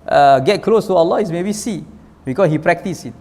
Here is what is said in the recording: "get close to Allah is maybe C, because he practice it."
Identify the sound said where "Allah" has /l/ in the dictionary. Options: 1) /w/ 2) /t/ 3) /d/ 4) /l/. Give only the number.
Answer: 4